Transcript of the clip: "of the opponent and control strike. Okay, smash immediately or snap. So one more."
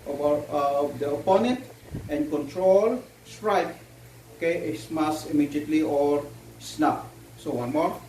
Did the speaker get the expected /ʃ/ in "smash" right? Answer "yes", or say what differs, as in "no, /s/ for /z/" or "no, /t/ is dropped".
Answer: no, /s/ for /ʃ/